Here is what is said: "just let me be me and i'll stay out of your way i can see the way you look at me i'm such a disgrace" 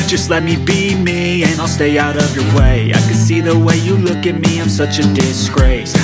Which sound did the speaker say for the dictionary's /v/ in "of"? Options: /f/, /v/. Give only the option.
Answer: /v/